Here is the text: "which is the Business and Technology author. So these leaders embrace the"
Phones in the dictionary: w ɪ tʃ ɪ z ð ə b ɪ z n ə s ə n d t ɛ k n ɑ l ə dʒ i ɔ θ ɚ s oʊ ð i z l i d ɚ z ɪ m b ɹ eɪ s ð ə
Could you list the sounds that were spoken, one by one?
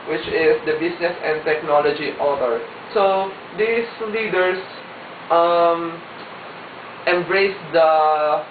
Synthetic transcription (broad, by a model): w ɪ tʃ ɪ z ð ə b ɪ s n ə s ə n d t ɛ k n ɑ l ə dʒ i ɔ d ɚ s oʊ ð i s l i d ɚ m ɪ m b ɹ eɪ s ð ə